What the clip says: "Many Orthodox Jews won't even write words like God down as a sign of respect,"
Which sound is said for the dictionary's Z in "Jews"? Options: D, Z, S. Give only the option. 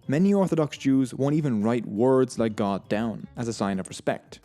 Z